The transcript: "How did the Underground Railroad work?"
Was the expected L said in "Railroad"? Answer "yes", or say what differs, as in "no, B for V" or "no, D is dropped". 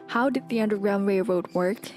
no, L is dropped